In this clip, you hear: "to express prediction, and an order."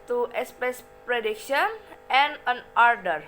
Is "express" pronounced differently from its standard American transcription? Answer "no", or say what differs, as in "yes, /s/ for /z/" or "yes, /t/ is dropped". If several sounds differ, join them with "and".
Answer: yes, /ɹ/ is dropped